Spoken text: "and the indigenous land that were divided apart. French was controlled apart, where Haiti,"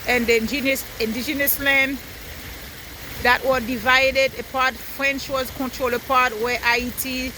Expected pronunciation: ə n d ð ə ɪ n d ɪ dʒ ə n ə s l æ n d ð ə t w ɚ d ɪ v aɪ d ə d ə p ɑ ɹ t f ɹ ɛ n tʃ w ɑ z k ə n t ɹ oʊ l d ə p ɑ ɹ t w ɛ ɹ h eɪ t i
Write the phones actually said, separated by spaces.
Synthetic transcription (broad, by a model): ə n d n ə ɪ n d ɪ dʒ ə n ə s l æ n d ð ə t w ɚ d ɪ v aɪ d ə d ə p ɑ ɹ t f ɹ ɛ n tʃ w ɑ z k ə n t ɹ oʊ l ə p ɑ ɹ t w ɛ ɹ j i t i